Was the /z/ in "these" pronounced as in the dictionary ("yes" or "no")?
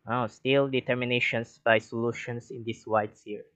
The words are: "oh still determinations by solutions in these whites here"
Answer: no